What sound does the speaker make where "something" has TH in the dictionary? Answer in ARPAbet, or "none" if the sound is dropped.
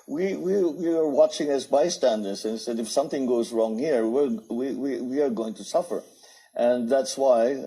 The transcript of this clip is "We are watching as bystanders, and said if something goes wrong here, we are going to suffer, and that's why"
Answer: TH